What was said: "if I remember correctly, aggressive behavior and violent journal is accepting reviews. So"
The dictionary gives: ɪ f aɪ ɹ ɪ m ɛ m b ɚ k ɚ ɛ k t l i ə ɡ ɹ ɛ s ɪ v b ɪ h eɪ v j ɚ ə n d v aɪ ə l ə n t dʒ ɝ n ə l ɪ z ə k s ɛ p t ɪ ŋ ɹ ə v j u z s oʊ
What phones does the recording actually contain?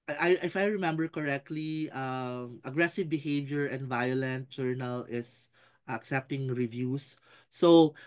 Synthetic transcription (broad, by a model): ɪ f aɪ ɹ ɪ m ɛ m b ɚ k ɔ ɛ k t l i ə ɡ ɹ ɛ s ɪ v b ɪ h eɪ v j ɚ ə n d v aɪ ə l ə n t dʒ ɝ n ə l ɪ s ə k s ɛ p t ɪ ŋ ɹ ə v j u s oʊ